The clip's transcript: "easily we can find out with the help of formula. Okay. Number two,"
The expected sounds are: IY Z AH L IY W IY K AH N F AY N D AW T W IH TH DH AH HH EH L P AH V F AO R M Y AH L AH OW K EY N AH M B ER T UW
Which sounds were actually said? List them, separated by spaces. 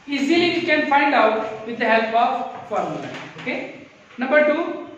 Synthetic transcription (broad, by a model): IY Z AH L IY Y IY K AH N F AY N D AW T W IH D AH HH EH L P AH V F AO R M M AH N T OW K EY N AH M B ER T UW